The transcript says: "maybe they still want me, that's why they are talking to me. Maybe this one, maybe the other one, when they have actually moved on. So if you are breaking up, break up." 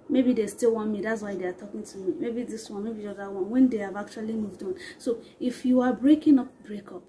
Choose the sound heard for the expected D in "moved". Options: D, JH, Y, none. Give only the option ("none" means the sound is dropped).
D